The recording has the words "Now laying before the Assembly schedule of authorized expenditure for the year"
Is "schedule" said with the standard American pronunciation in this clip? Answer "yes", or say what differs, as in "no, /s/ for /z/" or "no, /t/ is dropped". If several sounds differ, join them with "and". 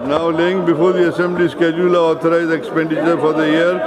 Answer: yes